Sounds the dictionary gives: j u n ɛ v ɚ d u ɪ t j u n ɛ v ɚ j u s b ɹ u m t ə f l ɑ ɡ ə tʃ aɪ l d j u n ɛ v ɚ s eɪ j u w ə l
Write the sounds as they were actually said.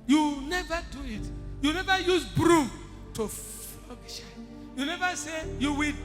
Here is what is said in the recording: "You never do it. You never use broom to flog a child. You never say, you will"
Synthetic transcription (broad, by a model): j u n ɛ v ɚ d u ɪ t j u n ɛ v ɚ j u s b ɹ u m t ə f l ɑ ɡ ə ʃ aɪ j u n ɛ v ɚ s eɪ j u w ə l